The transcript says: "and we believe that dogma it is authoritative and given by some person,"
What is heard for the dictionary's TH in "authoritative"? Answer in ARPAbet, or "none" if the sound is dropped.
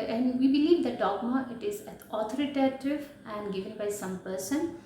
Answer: T